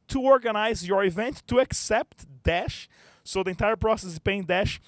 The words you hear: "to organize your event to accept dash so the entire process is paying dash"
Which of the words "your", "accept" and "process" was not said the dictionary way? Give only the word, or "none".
none